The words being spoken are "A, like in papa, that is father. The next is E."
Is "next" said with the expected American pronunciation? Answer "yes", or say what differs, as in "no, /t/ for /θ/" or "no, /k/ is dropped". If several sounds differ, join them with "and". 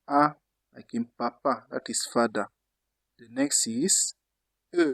yes